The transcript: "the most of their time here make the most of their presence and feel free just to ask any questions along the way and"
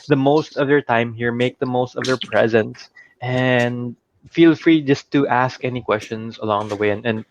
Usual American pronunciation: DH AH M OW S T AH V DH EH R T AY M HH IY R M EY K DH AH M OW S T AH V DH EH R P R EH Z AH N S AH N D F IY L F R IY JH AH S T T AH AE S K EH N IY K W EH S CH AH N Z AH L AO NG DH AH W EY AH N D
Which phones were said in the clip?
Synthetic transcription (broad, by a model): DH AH M OW S T AH V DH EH R T AY M HH IY R M EY K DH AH M OW S T AH V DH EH R P R EH Z AH N S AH N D F IY L F R IY JH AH S T T AE S K EH N IY K W EH S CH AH N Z AH L AO NG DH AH W EY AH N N